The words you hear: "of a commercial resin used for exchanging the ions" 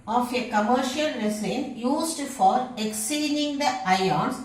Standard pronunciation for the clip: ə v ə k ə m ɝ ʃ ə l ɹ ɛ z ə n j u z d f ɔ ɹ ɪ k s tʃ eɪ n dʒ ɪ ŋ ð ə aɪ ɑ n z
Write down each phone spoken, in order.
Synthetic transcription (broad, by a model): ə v ə k ə m ɝ ʃ ə l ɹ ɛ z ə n j u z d f ɔ ɹ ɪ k s i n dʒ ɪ ŋ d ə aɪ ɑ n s